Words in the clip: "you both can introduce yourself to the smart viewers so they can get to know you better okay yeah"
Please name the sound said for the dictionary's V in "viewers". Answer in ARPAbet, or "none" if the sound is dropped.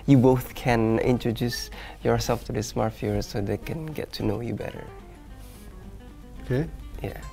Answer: F